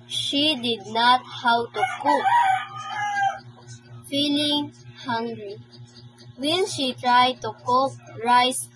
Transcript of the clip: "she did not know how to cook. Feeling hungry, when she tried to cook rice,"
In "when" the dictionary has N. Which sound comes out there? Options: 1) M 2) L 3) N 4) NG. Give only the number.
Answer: 2